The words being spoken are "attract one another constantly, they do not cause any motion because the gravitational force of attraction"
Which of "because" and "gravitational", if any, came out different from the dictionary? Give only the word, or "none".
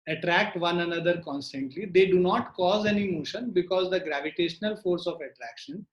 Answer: none